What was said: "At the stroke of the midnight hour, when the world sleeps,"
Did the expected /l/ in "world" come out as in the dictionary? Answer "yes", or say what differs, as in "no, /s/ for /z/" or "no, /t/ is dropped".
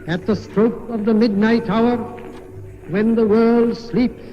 yes